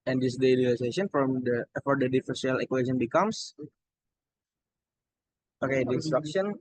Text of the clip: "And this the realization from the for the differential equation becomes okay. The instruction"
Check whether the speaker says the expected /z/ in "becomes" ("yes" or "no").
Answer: no